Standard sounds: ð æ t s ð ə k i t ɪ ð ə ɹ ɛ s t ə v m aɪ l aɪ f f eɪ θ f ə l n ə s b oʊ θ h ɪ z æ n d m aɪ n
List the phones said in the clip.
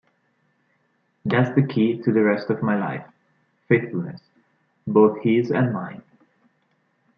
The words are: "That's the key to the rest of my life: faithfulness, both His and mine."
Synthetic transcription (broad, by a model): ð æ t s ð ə k i t ɪ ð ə ɹ ɛ s t ə v m aɪ l aɪ f f eɪ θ f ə l n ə s b oʊ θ h ɪ z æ n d m aɪ n